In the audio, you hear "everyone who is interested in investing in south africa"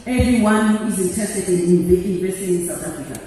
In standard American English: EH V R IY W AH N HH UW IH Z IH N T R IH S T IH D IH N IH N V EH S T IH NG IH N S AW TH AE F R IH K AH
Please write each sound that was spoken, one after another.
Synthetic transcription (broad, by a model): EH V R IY W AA N HH UW IH Z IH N T IH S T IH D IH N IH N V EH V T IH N IH N S AW T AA F R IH K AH